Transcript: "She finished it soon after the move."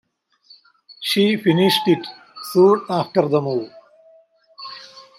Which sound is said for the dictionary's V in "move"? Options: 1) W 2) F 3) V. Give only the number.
1